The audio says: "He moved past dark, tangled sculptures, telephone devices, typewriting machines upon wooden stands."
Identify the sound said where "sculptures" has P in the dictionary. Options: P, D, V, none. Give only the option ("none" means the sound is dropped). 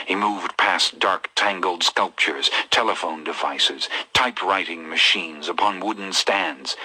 P